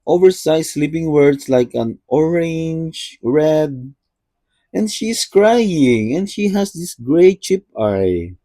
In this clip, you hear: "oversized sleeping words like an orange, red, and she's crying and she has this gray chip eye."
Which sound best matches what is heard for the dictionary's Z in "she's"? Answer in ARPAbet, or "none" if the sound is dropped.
S